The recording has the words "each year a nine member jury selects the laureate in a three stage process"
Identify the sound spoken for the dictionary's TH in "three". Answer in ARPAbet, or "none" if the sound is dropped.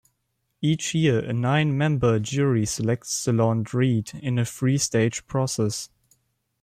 F